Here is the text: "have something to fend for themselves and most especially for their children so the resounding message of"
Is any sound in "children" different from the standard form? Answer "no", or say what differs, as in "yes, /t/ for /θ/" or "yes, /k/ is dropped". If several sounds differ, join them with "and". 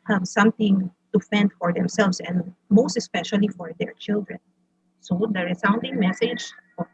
no